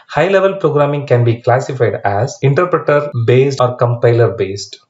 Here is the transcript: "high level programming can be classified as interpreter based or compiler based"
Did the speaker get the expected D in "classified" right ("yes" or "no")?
yes